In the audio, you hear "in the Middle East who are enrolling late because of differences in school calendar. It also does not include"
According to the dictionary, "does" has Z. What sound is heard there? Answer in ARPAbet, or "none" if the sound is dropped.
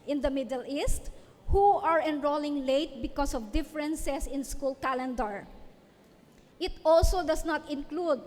S